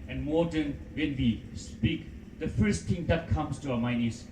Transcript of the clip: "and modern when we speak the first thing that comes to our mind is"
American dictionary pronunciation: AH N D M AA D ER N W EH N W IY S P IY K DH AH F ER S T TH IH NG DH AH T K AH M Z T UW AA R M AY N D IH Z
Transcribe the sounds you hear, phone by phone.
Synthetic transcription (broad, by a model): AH N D M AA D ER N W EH N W IY S P IY K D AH F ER S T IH NG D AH T K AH M S T UW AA M AY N IH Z